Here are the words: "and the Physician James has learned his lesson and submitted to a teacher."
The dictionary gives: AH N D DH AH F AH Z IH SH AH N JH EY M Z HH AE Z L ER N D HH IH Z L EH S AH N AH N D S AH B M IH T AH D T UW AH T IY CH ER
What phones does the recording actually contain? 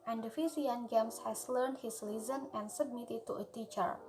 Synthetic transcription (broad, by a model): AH N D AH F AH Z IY AH N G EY M S HH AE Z L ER N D HH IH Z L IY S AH N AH N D S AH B M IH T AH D T UW AH T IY CH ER